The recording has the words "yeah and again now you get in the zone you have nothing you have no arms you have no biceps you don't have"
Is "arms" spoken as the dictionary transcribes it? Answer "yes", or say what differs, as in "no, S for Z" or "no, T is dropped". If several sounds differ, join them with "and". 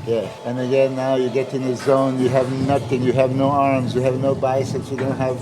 yes